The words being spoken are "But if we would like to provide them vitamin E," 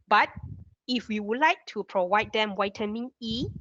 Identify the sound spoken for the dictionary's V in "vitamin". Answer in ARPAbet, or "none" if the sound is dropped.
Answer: W